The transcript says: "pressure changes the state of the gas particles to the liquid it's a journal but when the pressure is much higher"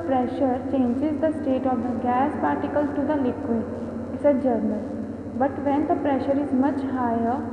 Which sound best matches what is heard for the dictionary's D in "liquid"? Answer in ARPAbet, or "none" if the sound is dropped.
none